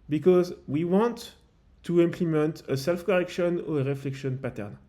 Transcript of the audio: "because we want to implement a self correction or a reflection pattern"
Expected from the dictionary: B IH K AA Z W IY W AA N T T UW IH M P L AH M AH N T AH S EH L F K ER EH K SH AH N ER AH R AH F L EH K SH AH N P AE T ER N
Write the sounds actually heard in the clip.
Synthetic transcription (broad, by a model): B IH K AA Z W IY W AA N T T UW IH M P L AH M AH N T AH S EH L F K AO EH K SH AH N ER AH R AH F L EH K SH AH N P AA T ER N